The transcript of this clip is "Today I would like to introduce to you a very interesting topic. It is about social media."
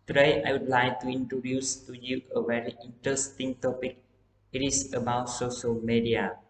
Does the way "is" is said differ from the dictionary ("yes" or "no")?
yes